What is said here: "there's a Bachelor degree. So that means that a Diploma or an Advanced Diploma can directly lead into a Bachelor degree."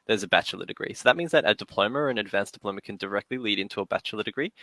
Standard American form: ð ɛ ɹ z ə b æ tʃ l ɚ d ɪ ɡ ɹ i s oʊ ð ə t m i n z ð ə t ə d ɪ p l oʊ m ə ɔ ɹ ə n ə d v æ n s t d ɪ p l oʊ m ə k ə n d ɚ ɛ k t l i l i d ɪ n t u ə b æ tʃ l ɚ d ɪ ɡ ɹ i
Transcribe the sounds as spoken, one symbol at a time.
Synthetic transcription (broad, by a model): ð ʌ ɹ z ə b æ tʃ l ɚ d ɪ ɡ ɹ i s oʊ ð ə t m i n z ð ə t ə d ɪ p l oʊ m ə ɹ ə n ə d v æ n s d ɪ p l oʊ m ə k ə n d ɚ ɛ k t l i l i d ɪ n t u ə b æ tʃ l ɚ d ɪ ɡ ɹ i